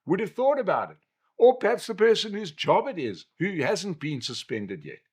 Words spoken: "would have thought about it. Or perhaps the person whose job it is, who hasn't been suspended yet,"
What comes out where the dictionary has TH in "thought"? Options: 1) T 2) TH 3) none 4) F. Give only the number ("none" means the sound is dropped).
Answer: 2